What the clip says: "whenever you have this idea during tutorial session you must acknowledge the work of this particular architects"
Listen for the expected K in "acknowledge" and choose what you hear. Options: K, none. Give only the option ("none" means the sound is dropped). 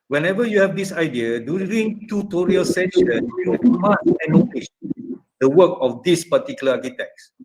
none